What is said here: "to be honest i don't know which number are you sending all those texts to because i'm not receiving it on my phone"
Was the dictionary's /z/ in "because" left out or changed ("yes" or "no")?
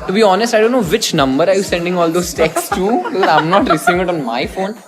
yes